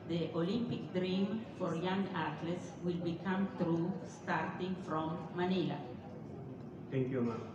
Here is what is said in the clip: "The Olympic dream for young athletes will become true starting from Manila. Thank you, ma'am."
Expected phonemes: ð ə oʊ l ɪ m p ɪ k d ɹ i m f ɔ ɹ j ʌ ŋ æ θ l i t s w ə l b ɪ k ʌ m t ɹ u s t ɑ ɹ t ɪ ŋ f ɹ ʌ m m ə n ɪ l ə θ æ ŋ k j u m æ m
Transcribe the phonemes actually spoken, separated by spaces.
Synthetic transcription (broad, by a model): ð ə oʊ l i m p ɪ k d ɹ i m f ɔ ɹ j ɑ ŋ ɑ t l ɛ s w ə l b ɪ k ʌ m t ɹ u s t ɑ ɹ t ɪ ŋ f ɹ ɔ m m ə n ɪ l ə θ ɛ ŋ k j u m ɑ